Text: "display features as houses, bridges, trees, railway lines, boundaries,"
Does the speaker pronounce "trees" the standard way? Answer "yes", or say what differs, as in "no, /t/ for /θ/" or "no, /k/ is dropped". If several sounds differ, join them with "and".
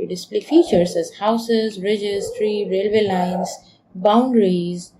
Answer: no, /z/ is dropped